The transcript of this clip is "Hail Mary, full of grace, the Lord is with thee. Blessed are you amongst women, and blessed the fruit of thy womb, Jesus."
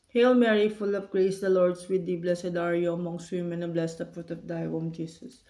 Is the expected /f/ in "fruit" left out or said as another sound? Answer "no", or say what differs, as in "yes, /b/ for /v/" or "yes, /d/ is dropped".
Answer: yes, /p/ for /f/